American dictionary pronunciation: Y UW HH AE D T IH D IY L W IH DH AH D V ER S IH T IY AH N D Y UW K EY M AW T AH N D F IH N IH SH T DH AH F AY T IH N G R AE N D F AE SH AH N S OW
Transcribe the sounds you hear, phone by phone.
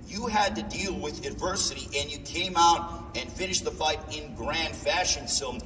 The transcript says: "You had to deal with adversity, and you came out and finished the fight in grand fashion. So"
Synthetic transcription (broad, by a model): Y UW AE D T IH D IY L W IH DH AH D V ER S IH T IY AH N Y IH K EY M AW T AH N F IH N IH SH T DH AH F AY T IH N G R AE N D F AE SH AH N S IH